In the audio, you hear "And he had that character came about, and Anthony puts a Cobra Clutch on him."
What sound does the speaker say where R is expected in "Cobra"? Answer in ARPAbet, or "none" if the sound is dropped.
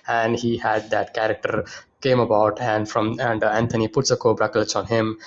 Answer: R